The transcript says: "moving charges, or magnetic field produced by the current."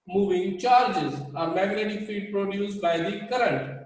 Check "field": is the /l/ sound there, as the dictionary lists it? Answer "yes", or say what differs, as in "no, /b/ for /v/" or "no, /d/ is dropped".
no, /l/ is dropped